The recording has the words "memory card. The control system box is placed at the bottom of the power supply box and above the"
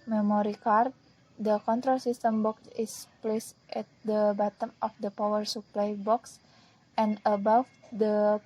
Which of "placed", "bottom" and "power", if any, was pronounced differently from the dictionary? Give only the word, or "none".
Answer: none